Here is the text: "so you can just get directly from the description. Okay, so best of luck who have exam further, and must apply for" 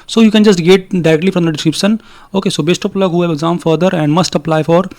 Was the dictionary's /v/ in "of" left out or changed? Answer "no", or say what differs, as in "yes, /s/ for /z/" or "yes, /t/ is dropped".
yes, /p/ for /v/